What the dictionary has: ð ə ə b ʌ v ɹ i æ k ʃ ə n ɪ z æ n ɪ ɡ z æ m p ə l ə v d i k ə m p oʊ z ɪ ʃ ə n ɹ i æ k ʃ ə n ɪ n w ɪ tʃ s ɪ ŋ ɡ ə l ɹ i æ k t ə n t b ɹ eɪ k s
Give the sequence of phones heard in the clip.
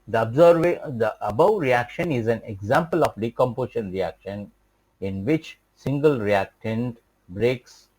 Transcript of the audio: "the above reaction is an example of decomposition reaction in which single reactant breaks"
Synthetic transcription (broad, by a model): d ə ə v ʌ b ɹ i æ k ʃ ə n ɪ z æ n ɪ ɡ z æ m p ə l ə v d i k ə m p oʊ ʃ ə n ɹ i æ k ʃ ə n ɪ n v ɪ tʃ s ɪ ŋ ɡ ə l ɹ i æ k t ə n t b ɹ eɪ k s